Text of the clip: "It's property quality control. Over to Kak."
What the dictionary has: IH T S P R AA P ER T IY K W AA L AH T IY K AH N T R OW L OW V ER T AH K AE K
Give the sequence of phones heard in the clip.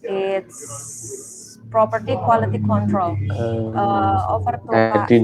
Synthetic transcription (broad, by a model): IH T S P R AA P ER T IY K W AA L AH T IY K AH N T R OW L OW F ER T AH